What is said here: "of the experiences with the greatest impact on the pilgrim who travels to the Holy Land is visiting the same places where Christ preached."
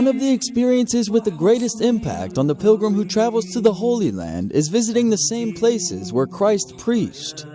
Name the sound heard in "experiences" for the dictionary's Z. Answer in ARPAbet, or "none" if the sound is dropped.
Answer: Z